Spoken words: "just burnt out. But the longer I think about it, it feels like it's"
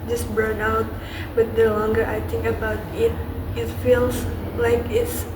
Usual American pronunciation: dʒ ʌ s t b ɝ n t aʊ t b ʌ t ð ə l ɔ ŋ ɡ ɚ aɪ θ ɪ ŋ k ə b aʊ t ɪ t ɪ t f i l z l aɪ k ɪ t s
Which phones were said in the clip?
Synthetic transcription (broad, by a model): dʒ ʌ s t b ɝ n aʊ t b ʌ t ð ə l ɔ ŋ ɡ ɚ aɪ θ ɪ ŋ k ə b aʊ t ɪ t ɪ t f i l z l aɪ k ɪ t s